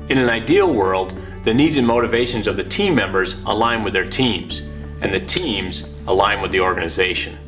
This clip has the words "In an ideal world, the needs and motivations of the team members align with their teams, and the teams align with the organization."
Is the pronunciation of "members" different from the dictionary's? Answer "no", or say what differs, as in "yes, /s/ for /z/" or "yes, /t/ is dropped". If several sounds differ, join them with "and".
no